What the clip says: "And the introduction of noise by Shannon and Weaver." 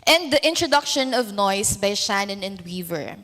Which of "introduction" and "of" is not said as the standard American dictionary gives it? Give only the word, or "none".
none